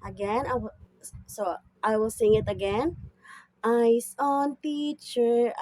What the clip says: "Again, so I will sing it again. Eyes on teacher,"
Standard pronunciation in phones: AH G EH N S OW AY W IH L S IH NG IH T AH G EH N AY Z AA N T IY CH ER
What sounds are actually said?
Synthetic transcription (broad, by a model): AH G EH N S OW AY W IH L S IH NG IH T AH G EH N AY S AA N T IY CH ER